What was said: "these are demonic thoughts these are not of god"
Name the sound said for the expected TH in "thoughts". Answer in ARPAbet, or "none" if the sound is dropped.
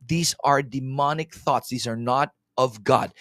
TH